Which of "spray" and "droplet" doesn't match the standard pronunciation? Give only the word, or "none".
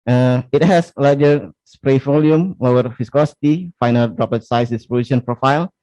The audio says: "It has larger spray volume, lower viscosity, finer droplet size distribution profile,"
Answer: droplet